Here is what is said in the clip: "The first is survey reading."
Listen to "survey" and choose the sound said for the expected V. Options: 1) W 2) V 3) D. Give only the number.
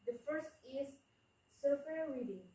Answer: 1